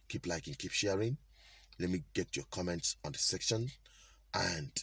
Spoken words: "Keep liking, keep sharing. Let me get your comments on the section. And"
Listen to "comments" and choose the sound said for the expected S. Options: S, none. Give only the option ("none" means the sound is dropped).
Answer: S